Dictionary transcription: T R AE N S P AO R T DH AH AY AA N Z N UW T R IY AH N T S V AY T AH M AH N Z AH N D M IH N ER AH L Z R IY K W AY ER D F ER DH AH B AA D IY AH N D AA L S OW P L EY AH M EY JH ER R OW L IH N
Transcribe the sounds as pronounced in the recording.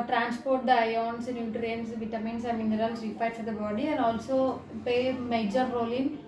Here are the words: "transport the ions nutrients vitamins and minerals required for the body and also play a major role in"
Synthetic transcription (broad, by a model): T R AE N S P AO R T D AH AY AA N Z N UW T R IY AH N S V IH T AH M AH N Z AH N M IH N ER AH L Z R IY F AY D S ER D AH B AA D IY AH N D AA L S OW P EY M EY JH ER R OW L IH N